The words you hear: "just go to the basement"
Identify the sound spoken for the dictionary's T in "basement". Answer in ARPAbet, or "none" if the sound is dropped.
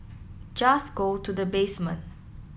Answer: none